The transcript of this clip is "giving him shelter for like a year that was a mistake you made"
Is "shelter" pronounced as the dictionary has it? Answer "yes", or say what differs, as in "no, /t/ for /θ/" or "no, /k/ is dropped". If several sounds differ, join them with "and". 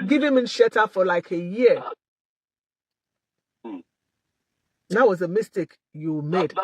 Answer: no, /l/ is dropped